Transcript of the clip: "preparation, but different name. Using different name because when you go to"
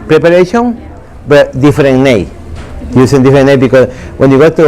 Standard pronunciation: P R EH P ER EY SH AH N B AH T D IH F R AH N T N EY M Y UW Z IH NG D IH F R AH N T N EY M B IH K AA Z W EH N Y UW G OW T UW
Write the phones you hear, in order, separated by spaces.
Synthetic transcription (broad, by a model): P R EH P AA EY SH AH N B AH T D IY F R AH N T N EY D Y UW S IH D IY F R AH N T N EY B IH K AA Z W EH N Y UW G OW T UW